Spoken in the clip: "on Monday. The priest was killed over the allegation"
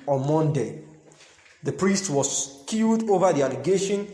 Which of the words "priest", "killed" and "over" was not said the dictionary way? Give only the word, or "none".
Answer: killed